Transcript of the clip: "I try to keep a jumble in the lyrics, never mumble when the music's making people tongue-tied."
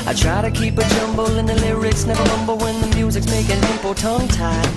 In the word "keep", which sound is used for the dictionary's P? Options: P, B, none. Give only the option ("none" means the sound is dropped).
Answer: P